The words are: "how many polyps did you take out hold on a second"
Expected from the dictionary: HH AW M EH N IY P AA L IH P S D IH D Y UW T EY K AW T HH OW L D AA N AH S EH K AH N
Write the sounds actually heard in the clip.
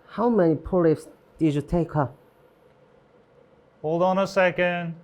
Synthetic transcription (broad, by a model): HH AW M EH N IY P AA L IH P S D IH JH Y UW T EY K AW HH OW L D AA N AH S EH K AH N